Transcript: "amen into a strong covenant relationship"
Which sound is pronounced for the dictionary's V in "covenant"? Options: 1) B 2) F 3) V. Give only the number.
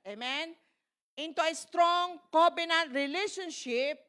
1